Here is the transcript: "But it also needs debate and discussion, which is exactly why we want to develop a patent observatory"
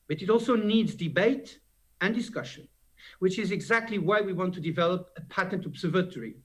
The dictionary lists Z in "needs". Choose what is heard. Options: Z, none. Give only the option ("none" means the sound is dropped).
Z